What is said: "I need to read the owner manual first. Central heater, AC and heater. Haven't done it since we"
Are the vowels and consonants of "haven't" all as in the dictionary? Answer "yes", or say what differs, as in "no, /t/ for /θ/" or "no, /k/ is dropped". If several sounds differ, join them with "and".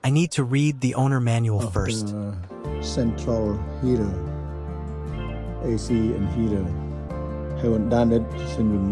no, /w/ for /v/